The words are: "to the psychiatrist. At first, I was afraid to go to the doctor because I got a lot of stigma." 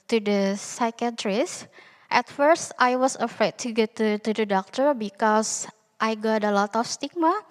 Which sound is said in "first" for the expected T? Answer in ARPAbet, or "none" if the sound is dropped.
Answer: T